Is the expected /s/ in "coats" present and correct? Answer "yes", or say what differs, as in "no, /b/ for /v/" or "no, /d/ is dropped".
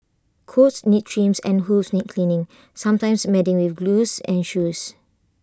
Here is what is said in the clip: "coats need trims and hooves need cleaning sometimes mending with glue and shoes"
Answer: yes